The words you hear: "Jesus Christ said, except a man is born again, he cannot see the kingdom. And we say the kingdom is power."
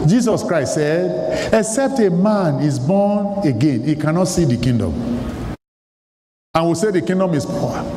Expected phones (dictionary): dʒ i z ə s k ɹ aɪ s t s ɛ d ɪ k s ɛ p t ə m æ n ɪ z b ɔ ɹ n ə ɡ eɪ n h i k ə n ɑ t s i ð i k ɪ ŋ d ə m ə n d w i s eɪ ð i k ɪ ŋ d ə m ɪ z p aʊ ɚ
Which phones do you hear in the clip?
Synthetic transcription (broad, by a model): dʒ i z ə s k ɹ aɪ s t s ɛ d ɪ k s ɛ p t ə m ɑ n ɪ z b ɔ n ə ɡ eɪ n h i k ə n ɑ t s i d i k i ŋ d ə m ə n w i s eɪ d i k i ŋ d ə m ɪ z p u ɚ